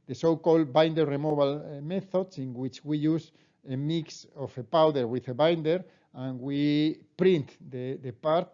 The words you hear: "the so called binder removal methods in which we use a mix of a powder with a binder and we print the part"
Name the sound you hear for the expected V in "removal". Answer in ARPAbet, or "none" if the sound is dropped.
B